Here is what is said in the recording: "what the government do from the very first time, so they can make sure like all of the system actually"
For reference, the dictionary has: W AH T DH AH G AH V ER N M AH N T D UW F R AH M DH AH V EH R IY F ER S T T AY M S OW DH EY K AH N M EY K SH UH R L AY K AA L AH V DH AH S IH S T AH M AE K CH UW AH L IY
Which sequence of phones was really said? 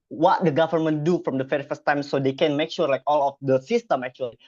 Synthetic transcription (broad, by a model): W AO T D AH G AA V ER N M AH N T D UW F R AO M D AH F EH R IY F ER S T T AY M S OW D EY K AH N M EY K SH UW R L AY K AA L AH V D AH S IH S T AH M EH K CH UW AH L IY